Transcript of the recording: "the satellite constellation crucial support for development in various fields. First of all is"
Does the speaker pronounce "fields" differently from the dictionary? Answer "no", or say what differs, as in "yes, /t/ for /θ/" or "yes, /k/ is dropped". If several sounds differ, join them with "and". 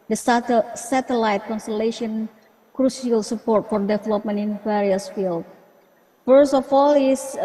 yes, /z/ is dropped